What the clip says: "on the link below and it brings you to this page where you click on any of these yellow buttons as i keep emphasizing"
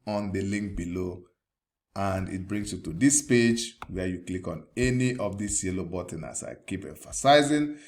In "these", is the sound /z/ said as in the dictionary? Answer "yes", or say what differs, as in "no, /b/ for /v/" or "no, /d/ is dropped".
no, /s/ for /z/